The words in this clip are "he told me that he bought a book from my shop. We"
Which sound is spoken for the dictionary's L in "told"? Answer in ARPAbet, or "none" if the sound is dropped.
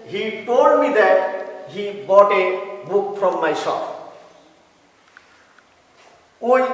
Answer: none